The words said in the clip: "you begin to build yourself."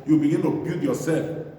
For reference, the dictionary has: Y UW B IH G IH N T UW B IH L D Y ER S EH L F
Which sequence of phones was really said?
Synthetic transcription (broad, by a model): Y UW B IH G IH N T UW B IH D Y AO S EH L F